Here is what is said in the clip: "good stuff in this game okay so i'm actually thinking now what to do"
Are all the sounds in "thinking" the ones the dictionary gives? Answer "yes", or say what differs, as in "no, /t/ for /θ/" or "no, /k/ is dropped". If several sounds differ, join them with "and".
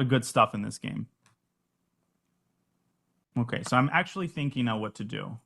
yes